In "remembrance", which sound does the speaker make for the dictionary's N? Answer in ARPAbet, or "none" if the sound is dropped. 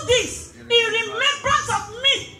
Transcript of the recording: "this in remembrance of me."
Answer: none